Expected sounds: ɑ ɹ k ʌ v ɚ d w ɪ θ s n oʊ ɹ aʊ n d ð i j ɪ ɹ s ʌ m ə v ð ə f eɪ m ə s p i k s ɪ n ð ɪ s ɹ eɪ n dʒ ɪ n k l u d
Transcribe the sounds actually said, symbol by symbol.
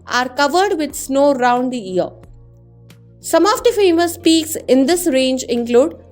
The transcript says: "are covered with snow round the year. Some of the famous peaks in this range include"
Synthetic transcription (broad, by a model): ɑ ɹ k ʌ v ɚ d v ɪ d s n oʊ ɹ aʊ n d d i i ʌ ɹ s ʌ m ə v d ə f eɪ m ə s p i k s ɪ n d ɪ s ɹ eɪ n dʒ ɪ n k l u d